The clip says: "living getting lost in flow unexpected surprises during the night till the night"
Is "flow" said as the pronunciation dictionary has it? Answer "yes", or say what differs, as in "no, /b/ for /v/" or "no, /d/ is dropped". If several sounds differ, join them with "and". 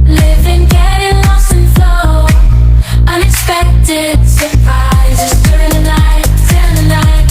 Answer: no, /l/ is dropped